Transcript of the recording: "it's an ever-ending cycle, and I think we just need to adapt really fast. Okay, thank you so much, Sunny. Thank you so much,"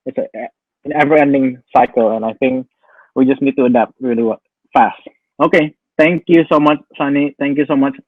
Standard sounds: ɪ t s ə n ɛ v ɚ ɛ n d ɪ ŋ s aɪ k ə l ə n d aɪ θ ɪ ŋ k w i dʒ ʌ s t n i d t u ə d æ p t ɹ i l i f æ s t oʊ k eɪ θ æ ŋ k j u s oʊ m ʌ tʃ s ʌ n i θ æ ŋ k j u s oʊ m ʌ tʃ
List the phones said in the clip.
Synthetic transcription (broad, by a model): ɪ t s ə n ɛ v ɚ ɛ n d ɪ ŋ s aɪ k ə l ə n aɪ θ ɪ ŋ k w i dʒ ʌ s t n i d t u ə d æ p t ɹ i l i f æ s t oʊ k eɪ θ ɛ ŋ k j u s oʊ m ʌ tʃ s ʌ n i t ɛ ŋ k j u s oʊ m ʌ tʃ